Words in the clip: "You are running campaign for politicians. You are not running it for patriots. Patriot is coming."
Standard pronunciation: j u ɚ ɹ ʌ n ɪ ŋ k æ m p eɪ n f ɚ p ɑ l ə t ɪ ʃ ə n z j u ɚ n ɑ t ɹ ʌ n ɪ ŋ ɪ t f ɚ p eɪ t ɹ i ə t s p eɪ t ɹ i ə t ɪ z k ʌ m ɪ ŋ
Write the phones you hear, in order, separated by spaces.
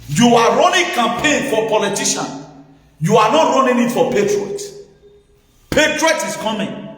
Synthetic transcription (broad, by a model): j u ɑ ɹ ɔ n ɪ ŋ k æ m p eɪ n f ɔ p ɑ l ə t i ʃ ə n j u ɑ n ɑ t ɹ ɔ n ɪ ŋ ɪ t f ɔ p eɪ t ɹ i t p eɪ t ɹ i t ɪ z k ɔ m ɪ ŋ